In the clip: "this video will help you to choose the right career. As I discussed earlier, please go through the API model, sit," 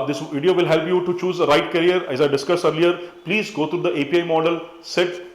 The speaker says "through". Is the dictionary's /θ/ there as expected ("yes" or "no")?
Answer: no